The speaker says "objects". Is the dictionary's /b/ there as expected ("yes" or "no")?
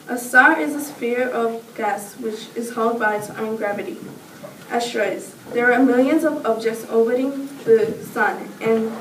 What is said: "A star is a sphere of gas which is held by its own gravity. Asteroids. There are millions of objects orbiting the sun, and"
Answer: yes